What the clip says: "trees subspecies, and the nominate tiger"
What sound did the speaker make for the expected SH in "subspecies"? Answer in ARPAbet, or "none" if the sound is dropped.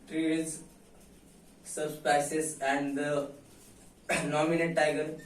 S